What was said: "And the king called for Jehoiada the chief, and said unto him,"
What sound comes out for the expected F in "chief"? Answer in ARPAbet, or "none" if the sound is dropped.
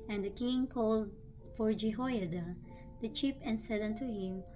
P